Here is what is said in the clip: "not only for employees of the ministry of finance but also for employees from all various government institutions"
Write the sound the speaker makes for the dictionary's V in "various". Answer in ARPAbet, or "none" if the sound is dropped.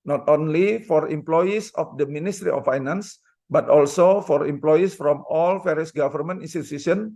F